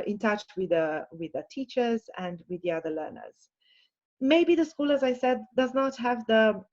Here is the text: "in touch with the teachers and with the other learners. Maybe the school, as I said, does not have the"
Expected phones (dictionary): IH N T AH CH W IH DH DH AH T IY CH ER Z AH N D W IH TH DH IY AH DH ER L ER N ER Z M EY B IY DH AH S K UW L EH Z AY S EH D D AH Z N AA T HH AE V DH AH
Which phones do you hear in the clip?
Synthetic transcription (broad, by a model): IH N T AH CH W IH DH DH AH T IY CH ER Z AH N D W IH DH IY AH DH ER L ER N ER Z M EY B IY DH AH S K UW L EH Z AY S EH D D AH Z N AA T HH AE V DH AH